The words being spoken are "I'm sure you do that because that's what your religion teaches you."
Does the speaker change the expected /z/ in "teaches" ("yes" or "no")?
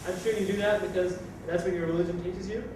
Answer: no